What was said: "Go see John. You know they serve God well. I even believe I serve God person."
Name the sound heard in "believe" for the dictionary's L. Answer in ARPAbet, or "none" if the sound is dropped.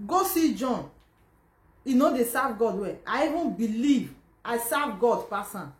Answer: L